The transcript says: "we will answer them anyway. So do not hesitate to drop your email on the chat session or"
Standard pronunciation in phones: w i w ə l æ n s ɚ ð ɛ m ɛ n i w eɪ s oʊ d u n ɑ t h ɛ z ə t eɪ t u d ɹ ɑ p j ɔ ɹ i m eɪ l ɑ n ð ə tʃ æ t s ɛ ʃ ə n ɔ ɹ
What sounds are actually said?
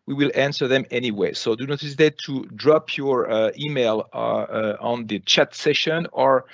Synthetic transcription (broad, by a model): w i w ə l æ n s ɚ ð ɛ m ɛ n i w eɪ s oʊ d u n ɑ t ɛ s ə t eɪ t u d ɹ ɑ p j ɔ ɹ i m eɪ l ɑ n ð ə tʃ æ t s ɛ ʃ ə n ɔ ɹ